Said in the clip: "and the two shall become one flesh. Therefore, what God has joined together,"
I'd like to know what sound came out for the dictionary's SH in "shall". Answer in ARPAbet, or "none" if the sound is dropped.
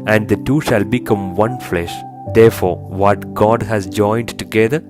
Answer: SH